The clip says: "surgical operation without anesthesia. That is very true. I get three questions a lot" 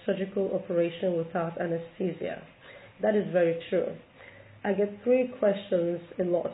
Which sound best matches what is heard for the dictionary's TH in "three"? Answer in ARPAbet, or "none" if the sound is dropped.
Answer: TH